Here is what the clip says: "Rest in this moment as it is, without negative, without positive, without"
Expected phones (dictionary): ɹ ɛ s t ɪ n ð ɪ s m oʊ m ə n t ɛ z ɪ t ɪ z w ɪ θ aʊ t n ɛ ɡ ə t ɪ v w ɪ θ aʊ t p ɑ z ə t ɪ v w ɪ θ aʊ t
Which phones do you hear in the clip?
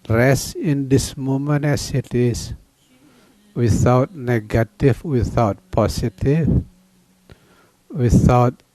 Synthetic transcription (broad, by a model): ɹ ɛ s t ɪ n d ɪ s m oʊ m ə n ɛ s ɪ t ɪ s w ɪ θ aʊ t n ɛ ɡ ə t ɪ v w ɪ θ aʊ t p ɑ s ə t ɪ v w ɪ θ aʊ t